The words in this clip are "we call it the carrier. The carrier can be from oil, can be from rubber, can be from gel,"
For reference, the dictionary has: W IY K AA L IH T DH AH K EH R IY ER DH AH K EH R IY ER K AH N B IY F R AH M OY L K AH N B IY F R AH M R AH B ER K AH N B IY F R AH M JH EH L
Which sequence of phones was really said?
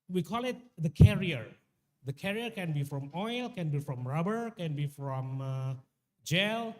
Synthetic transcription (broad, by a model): W IY K AA L IH T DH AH K EH R IY ER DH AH K EH R IY ER K AH N B IY F R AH M OY L K AH N B IY F R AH M R AH B ER K AH N B IY F R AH M JH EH L